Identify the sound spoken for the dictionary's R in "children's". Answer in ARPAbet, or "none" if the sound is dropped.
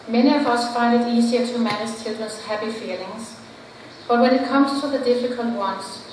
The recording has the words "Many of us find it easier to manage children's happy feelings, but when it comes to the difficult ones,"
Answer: none